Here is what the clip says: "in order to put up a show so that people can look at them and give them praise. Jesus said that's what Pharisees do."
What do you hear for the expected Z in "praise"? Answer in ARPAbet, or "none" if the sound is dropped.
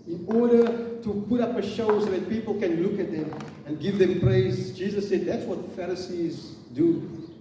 Z